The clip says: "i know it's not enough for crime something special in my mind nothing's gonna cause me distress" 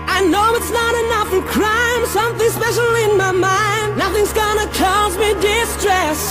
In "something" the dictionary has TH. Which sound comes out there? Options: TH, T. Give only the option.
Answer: TH